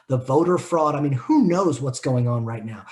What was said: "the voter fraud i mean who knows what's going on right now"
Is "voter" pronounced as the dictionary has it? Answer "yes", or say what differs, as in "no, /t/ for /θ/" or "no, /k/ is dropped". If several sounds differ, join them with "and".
yes